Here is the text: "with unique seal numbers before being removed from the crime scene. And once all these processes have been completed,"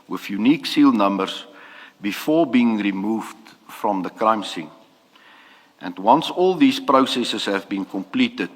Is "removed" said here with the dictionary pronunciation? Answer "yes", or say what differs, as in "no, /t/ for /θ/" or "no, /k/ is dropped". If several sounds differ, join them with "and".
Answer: yes